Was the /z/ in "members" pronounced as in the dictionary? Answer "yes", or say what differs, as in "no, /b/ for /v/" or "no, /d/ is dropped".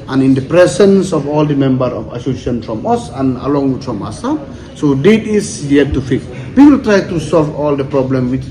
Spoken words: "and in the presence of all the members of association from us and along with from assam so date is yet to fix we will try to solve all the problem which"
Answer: no, /z/ is dropped